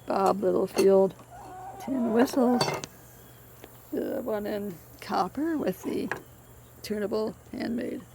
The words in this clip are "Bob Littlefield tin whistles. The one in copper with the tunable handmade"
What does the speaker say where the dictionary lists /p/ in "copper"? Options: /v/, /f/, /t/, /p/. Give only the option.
/p/